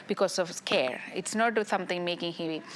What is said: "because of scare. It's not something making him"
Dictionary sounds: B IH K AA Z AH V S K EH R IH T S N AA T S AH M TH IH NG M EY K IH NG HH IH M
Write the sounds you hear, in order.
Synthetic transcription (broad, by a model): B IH K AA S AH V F K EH R IH T S N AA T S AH M T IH NG M EY K IH NG HH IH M